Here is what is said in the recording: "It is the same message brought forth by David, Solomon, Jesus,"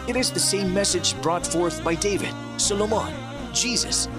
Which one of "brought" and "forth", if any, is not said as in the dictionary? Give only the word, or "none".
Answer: none